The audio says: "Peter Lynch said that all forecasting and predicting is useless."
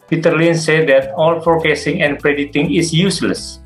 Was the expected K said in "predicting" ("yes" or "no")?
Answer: no